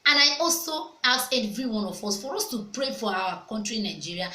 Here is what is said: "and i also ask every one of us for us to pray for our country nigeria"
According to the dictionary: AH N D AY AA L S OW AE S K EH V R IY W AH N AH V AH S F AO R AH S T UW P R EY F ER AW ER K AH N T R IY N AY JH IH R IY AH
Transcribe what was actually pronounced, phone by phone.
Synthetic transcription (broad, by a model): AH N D AY AA L S OW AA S EH V R IY W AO N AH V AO S F AO R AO S T UW P R EY F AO AW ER K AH N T R IY N AY JH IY R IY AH